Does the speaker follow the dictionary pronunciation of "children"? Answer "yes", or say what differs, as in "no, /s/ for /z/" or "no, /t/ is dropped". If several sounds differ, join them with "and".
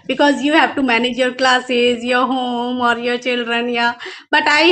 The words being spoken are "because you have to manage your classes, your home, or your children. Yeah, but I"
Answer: yes